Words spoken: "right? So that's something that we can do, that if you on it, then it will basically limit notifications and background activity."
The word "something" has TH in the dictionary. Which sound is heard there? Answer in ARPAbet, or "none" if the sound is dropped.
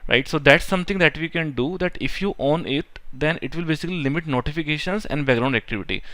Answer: T